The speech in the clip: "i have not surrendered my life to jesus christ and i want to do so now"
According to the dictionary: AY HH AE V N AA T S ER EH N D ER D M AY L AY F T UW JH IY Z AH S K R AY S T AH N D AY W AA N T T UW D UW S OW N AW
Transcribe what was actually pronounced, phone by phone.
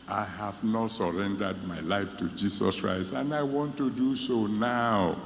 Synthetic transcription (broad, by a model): AY HH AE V N AA T S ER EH N D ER D M AY L AY F T UW JH IY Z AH S K R AY S T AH N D AY W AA N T T UW D UW S OW N AW